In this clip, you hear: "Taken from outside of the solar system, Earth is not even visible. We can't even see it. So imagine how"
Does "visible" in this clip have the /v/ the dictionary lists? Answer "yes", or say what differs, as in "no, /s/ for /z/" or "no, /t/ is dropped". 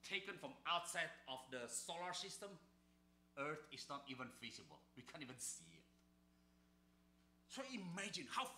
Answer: no, /f/ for /v/